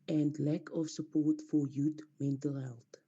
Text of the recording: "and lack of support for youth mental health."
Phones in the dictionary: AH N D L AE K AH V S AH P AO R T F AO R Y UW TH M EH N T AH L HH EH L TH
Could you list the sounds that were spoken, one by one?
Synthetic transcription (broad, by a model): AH N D L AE K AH F S AH P AO R T F AO R Y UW T M EH N T AH L HH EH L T